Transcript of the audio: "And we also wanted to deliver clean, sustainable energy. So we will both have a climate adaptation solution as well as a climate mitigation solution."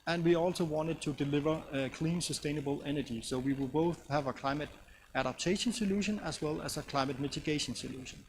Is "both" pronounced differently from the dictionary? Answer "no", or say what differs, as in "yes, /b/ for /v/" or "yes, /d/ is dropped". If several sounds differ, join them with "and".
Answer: no